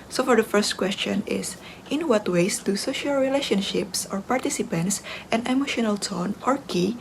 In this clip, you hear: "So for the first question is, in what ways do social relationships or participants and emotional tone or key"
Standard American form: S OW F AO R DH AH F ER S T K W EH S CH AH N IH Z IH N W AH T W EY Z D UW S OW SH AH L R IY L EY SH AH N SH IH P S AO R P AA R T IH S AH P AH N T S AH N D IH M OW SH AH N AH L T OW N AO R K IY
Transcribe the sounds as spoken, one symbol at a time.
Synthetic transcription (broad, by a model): S OW F AO R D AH F ER S T K W EH S CH AH N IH S IH N W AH T W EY S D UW S OW SH AH L R IY L EY SH AH N SH IH P S AO R P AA R T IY S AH P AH N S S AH N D IH M OW SH AH N AH L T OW N AO R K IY